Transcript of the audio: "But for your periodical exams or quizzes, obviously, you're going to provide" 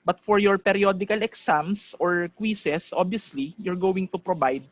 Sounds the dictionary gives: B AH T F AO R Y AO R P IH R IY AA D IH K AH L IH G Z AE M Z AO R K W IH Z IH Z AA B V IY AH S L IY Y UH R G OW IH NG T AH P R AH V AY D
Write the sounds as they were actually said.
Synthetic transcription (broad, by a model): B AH T F AO R Y AO R P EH R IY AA D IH K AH L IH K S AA M S AO R K W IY S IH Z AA B IY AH S L IY Y UH R G OW IH NG T AH P R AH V AY D